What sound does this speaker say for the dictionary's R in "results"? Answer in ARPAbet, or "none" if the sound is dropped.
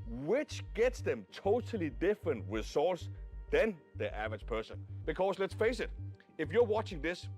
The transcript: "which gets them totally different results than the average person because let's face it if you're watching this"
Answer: W